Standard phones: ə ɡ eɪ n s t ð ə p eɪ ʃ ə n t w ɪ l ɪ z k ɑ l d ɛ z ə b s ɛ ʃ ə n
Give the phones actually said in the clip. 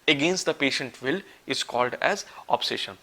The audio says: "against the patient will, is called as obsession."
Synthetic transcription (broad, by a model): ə ɡ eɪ n s t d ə p eɪ ʃ ə n t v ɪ l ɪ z k ɑ l d ɛ z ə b s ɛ ʃ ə n